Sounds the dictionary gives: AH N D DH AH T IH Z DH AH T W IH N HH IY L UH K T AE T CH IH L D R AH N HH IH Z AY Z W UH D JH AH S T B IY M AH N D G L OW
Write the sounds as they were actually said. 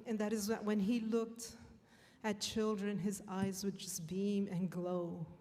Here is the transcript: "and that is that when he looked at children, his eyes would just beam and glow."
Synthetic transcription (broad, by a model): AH N DH AH T IH Z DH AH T W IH N IY L UH K T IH T CH IH L D R AH N IH Z AY Z W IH D JH AH S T B IY M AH N G L OW